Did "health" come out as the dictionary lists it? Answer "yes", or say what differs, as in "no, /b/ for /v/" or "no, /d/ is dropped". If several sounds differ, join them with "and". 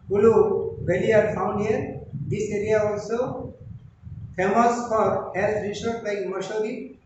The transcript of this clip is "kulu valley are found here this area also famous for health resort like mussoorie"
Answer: no, /s/ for /θ/